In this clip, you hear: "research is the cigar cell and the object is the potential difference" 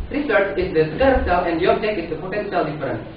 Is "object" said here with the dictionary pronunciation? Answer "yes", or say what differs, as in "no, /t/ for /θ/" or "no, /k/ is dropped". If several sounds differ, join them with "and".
no, /t/ is dropped